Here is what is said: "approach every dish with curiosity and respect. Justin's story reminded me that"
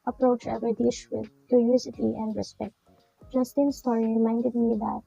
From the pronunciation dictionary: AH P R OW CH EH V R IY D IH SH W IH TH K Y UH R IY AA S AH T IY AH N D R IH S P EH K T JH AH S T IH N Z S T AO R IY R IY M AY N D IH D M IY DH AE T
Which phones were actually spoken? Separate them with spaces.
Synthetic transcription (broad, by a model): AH P R OW CH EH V IY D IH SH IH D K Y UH R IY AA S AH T IY AH N D R IH S P EH K T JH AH S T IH N S T AO R IY R IY M AY N D IH D M IY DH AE T